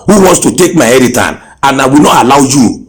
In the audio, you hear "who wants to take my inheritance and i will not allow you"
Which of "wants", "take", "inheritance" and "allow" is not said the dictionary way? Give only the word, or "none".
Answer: inheritance